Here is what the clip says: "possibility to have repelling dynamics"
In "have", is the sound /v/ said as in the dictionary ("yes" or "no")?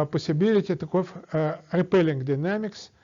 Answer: no